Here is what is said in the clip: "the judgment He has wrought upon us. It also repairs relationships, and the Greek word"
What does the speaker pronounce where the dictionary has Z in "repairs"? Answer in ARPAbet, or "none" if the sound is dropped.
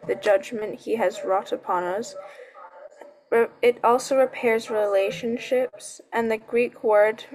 Z